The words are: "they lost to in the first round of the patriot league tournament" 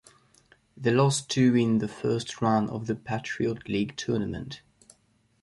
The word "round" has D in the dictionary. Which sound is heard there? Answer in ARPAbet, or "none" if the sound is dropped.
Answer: none